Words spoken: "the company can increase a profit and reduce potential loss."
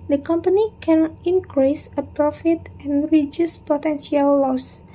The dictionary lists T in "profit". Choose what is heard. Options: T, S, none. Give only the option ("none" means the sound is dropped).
T